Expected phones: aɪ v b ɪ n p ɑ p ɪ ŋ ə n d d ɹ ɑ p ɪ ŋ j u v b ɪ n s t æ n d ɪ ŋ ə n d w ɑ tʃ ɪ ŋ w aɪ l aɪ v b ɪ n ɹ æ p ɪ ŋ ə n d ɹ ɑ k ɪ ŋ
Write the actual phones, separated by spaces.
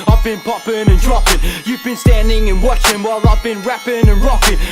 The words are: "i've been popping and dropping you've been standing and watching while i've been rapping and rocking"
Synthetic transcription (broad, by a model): aɪ v b ɪ n p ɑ p ɪ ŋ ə n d d ɹ ɑ p ɪ ŋ j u v b ɪ n s t æ n d ɪ ŋ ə n w ɑ tʃ ɪ ŋ w aɪ l aɪ v b ɪ n ɹ æ p ɪ ŋ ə n ɹ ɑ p ɪ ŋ